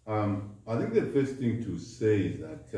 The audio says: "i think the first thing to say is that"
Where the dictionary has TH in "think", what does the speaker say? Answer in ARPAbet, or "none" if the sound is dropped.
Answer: TH